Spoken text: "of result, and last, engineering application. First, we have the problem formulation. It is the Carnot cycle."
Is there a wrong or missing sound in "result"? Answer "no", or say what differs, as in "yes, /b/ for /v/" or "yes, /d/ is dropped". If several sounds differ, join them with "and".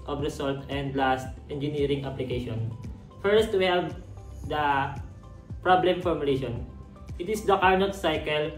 yes, /s/ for /z/